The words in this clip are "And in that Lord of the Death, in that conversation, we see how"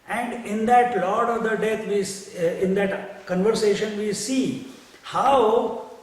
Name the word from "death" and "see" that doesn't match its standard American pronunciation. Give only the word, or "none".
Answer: death